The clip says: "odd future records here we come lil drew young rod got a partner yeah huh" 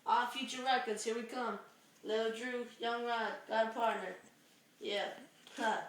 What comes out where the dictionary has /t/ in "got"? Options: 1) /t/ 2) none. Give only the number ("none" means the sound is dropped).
2